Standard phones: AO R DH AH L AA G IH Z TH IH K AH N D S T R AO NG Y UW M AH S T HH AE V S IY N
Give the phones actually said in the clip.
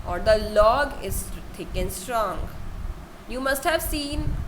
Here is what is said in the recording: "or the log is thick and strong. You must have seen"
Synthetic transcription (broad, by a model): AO R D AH L AA G IH Z T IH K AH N S T R AO NG Y UW M AH S T HH AE V S IY N